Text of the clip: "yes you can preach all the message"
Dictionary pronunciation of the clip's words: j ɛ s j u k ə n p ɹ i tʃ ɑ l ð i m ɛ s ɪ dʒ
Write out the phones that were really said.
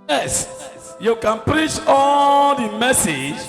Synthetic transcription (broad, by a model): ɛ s j u k ə n p ɹ i tʃ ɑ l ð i m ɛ s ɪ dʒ